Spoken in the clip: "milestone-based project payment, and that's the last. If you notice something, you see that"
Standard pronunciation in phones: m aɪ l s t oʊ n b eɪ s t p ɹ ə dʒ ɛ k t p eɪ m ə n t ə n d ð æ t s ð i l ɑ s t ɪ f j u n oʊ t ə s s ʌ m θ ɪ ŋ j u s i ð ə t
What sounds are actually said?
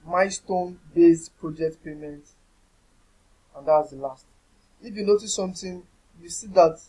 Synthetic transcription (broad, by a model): m aɪ s t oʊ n b eɪ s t p ɹ ə dʒ ɛ k t p eɪ m ə n t ə n d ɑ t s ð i l ɑ s t ɪ f j u n oʊ t ə s s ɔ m t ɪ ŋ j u s i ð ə t